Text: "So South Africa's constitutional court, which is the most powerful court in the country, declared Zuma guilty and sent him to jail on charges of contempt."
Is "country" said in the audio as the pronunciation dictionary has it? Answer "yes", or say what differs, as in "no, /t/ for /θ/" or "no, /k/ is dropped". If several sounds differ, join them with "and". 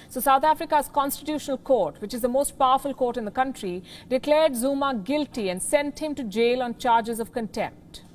yes